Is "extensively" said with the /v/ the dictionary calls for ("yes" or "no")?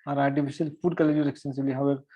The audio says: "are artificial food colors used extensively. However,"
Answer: no